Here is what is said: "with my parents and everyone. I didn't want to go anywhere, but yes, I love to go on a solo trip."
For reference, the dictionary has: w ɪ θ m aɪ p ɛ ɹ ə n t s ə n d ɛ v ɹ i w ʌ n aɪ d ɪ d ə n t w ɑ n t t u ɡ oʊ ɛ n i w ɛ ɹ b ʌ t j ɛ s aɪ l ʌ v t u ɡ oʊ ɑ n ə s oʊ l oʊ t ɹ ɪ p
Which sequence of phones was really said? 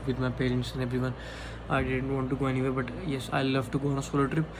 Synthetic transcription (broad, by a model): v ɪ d m aɪ p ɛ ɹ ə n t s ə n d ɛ b ɹ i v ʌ n aɪ d ɪ d ə n t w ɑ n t t u ɡ oʊ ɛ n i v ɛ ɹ b ʌ t j ɛ s aɪ l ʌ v t u ɡ oʊ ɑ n ə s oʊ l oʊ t ɹ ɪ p